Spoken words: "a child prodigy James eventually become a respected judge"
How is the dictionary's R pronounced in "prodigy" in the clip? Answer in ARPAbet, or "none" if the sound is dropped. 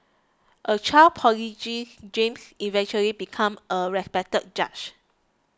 none